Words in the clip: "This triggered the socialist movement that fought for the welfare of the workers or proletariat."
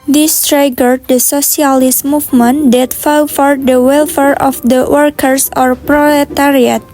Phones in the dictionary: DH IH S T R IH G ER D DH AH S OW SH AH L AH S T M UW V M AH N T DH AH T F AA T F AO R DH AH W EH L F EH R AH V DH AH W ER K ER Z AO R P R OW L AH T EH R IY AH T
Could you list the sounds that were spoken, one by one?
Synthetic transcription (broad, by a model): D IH S T R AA G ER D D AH S OW S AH L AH S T M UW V M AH N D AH T F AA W F AO R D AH W EH L F EH R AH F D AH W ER K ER S AO R P R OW L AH T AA R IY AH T